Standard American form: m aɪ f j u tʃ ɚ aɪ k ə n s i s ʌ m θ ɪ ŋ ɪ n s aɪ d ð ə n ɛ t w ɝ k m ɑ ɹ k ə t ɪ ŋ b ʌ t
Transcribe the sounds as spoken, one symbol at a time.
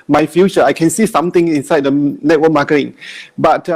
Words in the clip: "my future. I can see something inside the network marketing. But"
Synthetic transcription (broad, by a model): m aɪ f j u tʃ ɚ aɪ k ə n s i s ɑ m t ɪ ŋ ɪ n s aɪ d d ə n ɛ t w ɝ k m ɑ k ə t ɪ ŋ b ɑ t